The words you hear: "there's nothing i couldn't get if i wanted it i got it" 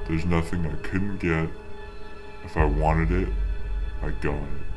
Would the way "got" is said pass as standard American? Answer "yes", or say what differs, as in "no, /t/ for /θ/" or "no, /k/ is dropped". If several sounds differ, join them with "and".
no, /t/ is dropped